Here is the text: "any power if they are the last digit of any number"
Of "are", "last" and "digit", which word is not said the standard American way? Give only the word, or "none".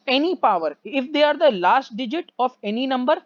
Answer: none